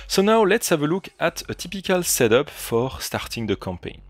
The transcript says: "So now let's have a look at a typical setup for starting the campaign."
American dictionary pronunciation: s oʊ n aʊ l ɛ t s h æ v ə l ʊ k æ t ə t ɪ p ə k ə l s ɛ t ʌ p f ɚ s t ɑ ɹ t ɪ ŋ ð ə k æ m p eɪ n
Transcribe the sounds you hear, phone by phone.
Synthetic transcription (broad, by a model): s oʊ n aʊ l ɛ t s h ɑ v ə l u k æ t ə t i p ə k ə l s ɛ t ʌ p f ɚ s t ɑ ɹ t ɪ ŋ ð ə k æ m p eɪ n